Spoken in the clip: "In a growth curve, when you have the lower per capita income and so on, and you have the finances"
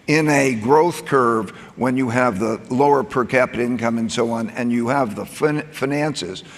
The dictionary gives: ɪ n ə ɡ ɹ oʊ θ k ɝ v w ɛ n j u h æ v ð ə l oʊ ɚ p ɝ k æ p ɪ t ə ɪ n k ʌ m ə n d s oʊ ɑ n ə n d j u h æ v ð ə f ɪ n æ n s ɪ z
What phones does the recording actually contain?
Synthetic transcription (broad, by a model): ɪ n ə ɡ ɹ oʊ θ k ɝ v w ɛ n j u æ v ð ə l oʊ ɚ p ɝ k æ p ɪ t ɪ n k ʌ m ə n s oʊ ɑ n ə n j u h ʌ v ð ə f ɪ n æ n s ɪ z